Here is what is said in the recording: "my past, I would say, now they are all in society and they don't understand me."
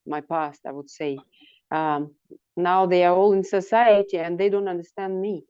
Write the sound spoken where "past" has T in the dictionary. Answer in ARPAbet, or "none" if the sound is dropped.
T